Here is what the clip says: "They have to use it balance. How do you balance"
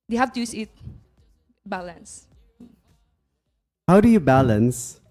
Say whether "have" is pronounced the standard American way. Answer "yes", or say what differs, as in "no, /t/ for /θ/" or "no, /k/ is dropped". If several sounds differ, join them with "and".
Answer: no, /f/ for /v/